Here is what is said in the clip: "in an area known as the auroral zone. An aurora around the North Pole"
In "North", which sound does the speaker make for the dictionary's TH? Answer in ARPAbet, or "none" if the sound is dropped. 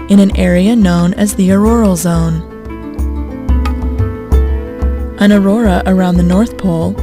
TH